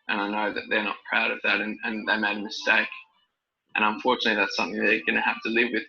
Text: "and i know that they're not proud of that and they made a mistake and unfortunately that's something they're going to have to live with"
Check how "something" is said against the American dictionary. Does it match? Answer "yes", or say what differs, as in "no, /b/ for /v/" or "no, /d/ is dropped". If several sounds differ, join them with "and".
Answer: yes